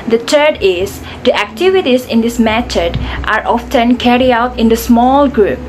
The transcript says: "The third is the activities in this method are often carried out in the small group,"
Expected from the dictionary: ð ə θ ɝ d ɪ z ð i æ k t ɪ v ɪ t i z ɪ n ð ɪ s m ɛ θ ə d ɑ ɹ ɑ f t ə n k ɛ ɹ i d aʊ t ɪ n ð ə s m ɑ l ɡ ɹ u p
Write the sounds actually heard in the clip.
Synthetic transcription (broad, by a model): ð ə t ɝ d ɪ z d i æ k t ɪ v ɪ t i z ɪ n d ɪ s m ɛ t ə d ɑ ɹ ɑ f t ə n k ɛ ɹ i aʊ t ɪ n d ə s m ɑ l ɡ ɹ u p